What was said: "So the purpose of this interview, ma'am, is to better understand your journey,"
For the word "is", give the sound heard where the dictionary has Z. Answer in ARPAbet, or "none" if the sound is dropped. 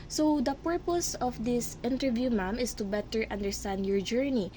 S